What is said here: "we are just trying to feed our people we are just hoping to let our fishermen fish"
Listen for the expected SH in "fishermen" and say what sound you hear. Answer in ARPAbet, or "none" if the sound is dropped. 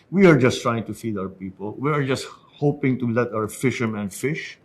SH